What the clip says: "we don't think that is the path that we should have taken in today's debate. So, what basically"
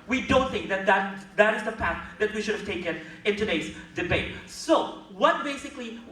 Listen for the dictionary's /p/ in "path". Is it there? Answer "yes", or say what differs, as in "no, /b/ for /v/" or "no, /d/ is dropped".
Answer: yes